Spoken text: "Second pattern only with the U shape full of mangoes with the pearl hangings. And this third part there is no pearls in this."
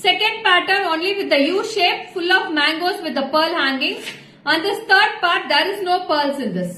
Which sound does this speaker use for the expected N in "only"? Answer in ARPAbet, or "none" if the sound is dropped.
N